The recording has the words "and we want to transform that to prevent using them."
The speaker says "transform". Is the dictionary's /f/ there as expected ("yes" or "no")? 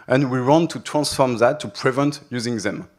yes